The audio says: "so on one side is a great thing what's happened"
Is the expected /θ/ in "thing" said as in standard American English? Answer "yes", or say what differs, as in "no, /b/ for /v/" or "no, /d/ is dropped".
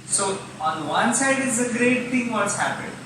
no, /t/ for /θ/